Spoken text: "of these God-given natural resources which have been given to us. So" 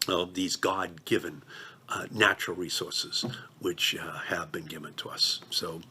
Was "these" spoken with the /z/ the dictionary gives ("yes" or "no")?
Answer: yes